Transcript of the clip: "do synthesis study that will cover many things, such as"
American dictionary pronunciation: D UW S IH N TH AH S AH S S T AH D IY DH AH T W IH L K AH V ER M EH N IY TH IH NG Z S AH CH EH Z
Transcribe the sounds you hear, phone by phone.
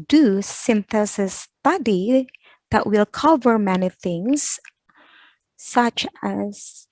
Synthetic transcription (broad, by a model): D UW S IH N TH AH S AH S S T AH D IY DH AH T W IH L K AH V ER M EH N IY TH IH NG Z S AH CH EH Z